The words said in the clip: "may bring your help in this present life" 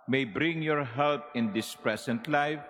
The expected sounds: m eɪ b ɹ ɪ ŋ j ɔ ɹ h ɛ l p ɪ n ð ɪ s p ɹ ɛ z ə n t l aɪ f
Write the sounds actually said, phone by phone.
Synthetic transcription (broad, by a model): m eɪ b ɹ ɪ ŋ j ɔ ɹ h ɛ l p ɪ n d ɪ s p ɹ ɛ s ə n t l aɪ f